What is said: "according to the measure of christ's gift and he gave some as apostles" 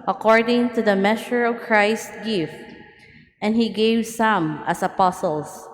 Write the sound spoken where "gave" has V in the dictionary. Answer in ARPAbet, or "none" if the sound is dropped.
V